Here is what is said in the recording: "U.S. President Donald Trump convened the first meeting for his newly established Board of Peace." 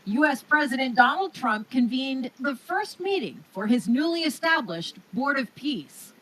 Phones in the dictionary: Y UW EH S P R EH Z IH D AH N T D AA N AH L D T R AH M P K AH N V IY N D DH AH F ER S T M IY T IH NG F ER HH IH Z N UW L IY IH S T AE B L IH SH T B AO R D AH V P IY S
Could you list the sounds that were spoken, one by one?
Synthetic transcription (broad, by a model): Y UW EH S P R EH Z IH D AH N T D AA N L D T R AH M P K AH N V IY N DH AH F ER S T M IY T IH NG F ER IH Z N UW L IY IH S T AE B L IH SH T B AO R D AH V P IY S